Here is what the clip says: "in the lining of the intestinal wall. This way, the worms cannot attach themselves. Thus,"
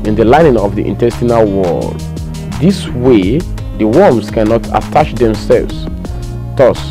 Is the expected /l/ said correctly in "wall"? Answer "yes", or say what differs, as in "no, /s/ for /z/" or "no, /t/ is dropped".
yes